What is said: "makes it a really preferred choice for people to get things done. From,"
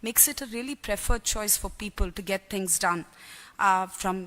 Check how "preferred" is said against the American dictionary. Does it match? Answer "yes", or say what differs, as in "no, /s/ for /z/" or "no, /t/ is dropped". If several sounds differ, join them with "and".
yes